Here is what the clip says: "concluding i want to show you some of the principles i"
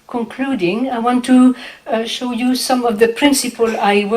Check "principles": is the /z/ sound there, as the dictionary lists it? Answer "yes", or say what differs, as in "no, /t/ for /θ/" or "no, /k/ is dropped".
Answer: no, /z/ is dropped